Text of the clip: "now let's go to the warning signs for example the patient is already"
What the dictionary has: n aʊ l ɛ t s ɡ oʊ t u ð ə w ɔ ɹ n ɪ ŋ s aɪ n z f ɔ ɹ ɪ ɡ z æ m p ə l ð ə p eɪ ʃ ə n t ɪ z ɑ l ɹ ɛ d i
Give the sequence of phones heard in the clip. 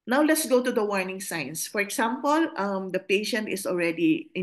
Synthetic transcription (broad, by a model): n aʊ l ɛ t s ɡ oʊ t u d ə w ɔ ɹ n ɪ ŋ s aɪ n s f ɔ ɹ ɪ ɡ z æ m p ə l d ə p eɪ ʃ ə n t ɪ s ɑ l ɹ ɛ d i